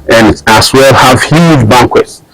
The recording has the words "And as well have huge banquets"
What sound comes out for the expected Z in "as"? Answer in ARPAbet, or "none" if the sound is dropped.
S